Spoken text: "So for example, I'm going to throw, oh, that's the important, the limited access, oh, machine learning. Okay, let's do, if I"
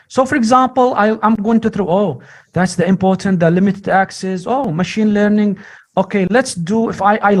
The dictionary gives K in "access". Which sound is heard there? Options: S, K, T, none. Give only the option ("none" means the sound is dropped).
K